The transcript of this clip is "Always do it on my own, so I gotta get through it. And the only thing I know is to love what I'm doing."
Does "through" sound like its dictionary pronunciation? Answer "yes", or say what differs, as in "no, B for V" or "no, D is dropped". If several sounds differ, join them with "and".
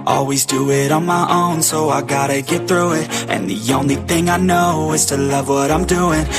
yes